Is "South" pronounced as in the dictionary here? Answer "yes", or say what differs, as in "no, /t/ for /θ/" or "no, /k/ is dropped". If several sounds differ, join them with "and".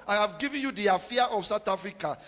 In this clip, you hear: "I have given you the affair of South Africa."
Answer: no, /t/ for /θ/